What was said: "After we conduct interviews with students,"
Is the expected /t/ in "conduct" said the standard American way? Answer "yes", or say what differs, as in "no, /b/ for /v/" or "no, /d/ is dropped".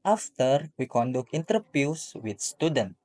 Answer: no, /t/ is dropped